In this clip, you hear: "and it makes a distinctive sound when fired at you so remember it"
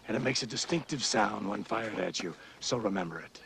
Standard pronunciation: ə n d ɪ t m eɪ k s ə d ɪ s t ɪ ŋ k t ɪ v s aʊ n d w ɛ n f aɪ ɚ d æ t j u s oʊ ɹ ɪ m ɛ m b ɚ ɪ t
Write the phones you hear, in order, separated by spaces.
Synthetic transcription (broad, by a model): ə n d ɪ t m eɪ k s ə d ɪ s t ɪ ŋ k t ɪ v s aʊ n d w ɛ n f aɪ ɚ d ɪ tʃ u s oʊ ɹ ɪ m ɛ m b ɚ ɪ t